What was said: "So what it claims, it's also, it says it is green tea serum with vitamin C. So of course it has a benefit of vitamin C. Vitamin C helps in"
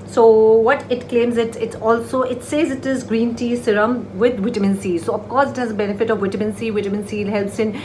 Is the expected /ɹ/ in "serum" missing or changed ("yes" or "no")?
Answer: no